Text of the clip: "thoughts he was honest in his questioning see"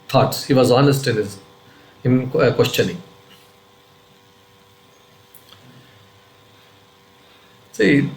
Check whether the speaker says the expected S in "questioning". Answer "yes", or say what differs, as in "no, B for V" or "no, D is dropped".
no, SH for S